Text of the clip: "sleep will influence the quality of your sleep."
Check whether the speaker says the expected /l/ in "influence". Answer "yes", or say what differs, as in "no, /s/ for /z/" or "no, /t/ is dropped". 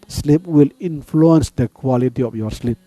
yes